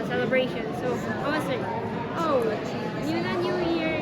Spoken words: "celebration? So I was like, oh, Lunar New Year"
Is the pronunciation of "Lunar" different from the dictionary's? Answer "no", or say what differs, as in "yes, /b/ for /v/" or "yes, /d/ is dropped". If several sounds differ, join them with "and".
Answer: yes, /n/ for /l/